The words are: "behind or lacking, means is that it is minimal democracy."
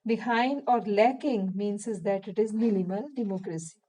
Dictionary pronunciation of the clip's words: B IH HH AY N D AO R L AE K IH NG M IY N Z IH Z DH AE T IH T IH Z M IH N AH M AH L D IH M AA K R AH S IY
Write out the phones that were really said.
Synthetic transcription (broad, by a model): B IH HH AY N D AO R L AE K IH NG M IY N S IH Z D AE T IH T IH Z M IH L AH M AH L D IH M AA K R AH S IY